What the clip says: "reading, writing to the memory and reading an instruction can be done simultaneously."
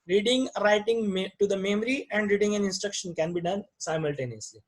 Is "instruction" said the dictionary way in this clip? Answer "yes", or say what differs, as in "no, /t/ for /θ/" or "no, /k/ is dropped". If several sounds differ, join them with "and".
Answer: yes